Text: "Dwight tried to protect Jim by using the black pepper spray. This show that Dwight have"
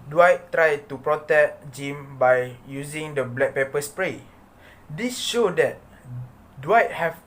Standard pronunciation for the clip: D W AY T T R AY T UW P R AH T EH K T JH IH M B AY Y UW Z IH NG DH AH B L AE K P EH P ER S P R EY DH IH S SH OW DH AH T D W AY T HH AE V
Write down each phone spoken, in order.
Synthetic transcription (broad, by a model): D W AY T T R AY T UW P R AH T EH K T JH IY M B AY Y UW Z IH NG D AH B L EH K P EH P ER S P R EY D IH S SH OW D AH T D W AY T HH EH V